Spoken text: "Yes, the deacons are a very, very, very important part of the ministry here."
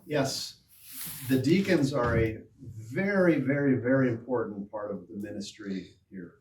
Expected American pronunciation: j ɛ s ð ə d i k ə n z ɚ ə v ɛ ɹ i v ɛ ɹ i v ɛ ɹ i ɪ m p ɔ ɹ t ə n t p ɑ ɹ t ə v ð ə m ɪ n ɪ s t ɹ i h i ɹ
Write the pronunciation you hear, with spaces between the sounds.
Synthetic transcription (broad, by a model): j ɛ s ð ə d i k ə n z ɚ ə v ɛ ɹ i v ɛ ɹ i v ɛ ɹ i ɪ m p ɔ ɹ t n p ɑ ɹ t ə v ð ə m ɪ n ɪ s t ɹ i h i ɹ